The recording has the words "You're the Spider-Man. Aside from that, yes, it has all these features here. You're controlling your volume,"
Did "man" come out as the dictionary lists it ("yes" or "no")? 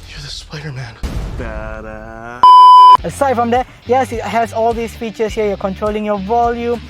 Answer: yes